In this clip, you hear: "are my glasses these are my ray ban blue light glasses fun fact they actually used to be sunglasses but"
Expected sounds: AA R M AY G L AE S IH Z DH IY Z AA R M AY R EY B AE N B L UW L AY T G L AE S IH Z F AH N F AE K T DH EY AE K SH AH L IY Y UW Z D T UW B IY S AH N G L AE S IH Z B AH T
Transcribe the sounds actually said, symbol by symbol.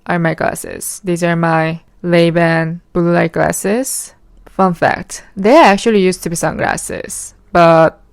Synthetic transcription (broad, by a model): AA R M AY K L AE S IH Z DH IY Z AA R M AY L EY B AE N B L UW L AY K L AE S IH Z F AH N F AE K T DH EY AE K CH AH L IY Y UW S T UW B IY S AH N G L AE S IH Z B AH T